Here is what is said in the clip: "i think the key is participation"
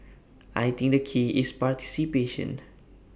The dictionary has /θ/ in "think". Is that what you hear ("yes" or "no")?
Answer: no